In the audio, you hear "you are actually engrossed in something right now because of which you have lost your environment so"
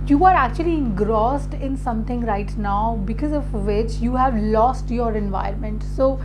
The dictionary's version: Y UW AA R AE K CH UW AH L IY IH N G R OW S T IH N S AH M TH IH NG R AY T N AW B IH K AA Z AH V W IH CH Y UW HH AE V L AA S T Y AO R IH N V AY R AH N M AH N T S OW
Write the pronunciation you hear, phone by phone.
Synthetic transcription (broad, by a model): Y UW AA R AE K CH UW AH L IY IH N G R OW S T IH N S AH M T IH NG R AY T N AW B IH K AA Z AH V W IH CH Y UW HH AE V L AA S T Y AO R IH N V AY AH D M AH N T S OW